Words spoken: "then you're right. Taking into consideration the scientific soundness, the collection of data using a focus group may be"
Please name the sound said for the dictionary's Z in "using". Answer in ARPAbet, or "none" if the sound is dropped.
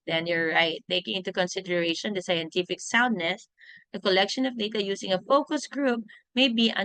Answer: S